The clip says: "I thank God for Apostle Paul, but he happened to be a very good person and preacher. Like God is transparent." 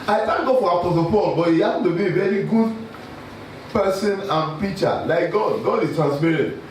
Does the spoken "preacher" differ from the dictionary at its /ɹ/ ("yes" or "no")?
yes